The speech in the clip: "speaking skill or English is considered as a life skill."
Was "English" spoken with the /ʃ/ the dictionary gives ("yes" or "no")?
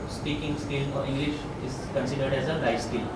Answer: yes